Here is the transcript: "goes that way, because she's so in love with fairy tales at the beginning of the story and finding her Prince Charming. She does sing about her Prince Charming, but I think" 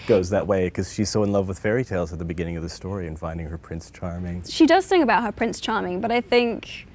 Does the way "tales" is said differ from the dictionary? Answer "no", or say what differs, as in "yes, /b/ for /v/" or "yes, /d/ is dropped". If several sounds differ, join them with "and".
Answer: no